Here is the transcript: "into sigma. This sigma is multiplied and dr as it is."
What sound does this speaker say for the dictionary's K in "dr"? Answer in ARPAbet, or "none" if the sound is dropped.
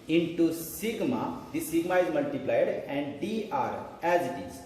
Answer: none